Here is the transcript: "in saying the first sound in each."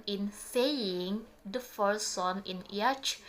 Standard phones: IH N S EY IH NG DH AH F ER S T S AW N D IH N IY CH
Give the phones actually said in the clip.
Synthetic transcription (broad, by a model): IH N S EY IH NG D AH F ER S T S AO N IH N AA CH